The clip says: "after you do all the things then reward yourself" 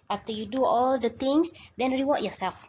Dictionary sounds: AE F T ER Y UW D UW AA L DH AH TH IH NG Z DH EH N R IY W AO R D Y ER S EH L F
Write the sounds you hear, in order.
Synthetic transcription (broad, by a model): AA F T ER Y UW D UW AA L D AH T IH NG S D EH N R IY W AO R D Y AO S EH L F